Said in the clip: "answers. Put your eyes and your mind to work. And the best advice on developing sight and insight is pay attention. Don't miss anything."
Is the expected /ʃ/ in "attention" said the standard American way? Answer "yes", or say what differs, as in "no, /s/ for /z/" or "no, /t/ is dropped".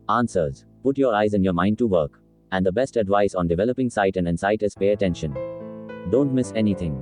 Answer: yes